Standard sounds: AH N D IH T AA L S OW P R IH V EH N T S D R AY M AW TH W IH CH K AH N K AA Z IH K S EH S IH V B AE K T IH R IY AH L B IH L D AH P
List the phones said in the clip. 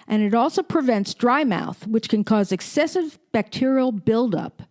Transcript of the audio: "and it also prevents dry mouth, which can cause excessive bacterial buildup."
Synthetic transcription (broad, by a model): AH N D IH T AA L S OW P R IH V EH N T S D R AY M AW TH W IH CH K AH N K AA Z IH K S EH S IH V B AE K T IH R IY L B IH L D AH P